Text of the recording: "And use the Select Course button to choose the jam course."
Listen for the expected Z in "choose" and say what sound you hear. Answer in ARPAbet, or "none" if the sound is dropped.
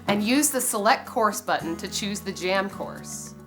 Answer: Z